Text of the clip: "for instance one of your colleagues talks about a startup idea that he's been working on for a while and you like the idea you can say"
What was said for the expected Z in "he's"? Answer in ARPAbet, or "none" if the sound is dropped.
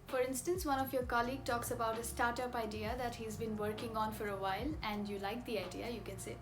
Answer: Z